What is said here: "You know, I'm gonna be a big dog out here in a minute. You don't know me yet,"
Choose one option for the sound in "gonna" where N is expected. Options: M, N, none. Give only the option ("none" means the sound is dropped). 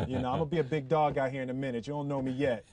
none